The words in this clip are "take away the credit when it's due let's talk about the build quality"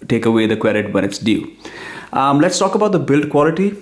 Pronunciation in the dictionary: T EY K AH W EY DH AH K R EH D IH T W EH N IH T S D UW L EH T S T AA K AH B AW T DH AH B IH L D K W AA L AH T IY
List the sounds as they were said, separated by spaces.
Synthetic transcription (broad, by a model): T EY K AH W EY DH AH K W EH D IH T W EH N IH T S D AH L EH T S T AA K AH B AW T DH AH B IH L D K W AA L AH T IY